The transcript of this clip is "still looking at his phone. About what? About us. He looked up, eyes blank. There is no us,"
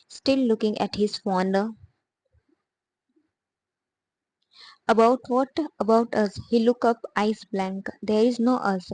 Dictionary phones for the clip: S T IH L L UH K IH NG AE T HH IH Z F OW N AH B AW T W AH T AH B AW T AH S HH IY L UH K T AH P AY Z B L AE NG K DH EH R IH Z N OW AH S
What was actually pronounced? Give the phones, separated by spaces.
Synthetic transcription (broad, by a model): S T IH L L UH K IH NG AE T HH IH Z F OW N AH B AW T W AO T AH B AW T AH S HH IY L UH K AH P AY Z B L AE NG K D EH R IH Z N OW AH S